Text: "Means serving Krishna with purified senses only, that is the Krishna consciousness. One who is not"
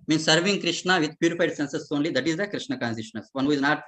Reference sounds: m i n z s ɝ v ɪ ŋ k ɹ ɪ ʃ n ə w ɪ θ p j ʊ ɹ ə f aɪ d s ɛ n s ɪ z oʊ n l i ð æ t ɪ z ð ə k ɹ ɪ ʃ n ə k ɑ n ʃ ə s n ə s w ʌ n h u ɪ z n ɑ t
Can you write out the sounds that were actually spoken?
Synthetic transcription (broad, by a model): m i n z s ɝ v ɪ ŋ k ɹ ɪ ʃ n ə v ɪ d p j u ɹ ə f aɪ d s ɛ n s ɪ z oʊ n l i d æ t ɪ z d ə k ɹ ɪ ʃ n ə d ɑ n s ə ʃ n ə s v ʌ n h u ɪ z n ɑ t